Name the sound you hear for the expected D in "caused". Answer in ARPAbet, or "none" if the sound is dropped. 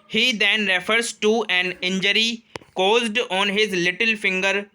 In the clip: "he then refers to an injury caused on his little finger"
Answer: D